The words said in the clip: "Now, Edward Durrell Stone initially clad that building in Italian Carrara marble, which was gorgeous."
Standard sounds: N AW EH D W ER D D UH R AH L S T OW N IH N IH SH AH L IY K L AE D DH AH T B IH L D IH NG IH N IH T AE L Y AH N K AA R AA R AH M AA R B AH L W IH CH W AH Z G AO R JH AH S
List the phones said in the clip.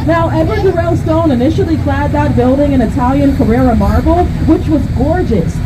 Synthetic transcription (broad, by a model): N AW EH D W ER D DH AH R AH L S T OW N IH N IH SH L IY K L AE D DH AH T B IH L D IH NG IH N IH T AE L Y AH N K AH R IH R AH M AA R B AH L W IH CH W AH Z G AO R JH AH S